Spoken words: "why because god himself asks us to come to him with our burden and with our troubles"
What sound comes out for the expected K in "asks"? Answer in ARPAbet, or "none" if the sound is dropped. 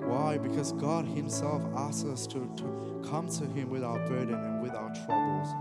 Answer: none